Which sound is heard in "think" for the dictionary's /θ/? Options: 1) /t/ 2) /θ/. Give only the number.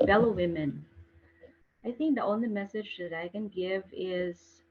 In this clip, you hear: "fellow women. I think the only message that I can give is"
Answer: 2